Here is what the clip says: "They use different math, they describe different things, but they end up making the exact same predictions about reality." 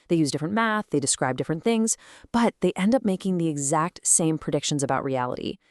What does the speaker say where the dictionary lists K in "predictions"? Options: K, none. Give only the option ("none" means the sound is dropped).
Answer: K